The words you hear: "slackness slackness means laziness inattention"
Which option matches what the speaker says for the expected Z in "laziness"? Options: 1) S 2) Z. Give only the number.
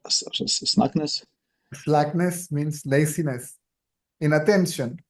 1